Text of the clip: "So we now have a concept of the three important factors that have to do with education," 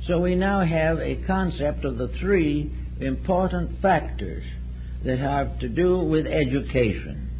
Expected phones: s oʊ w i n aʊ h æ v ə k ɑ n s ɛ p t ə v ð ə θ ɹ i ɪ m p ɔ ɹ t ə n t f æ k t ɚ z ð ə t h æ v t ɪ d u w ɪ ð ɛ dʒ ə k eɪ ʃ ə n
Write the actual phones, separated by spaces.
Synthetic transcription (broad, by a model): s oʊ w i n aʊ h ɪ v ə k ɑ n s ɛ p t ə v ð ə θ ɹ i ɪ m p ɔ ɹ t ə n t f æ k t ɚ z ð ə t h æ v t ɪ d u w ɪ ð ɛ dʒ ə k eɪ ʃ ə n